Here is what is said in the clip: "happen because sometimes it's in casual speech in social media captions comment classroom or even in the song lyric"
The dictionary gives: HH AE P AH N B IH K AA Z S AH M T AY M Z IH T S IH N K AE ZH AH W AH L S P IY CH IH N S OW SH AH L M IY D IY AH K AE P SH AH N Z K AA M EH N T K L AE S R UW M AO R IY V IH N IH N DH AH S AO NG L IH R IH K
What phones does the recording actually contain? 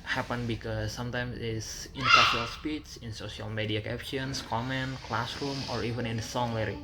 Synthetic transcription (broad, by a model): HH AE P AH N B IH K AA S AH M T AY M S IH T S IH N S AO S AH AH L S P IY CH IH N S OW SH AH L M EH D IY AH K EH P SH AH N S K AA M EH N T K L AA S R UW M AO R IY V IH N IH N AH S AO NG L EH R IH